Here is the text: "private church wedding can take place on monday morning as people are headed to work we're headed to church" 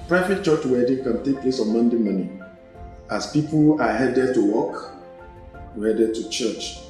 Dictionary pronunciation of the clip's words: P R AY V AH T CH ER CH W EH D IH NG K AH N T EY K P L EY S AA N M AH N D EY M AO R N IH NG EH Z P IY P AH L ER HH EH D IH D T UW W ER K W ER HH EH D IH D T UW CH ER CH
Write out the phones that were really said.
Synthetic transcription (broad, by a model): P R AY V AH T CH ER CH W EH D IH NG K AH N T EY K P L EY S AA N M AH N D EY M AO N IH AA S P IY P AH L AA HH EH D IH D T UW W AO K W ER HH EH D IH D T UW CH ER CH